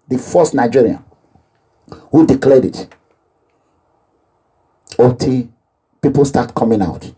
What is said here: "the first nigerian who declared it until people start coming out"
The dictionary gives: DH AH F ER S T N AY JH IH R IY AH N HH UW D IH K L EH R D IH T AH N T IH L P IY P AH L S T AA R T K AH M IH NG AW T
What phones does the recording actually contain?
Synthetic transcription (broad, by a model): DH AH F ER S T N AY JH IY R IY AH N HH UW D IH K L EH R D IH T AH T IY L P IY P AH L S T AA T K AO M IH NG AW T